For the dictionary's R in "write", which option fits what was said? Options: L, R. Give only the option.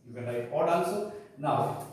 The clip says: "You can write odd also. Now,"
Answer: L